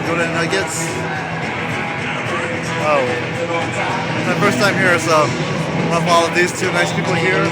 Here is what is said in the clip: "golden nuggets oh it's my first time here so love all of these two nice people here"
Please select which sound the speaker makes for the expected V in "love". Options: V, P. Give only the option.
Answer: P